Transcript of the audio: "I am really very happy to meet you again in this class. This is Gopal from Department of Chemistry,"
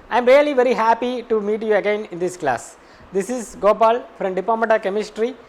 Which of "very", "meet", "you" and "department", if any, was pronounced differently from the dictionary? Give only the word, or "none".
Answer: department